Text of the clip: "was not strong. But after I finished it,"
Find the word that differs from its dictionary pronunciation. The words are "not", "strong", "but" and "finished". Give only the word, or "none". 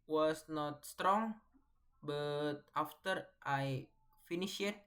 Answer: finished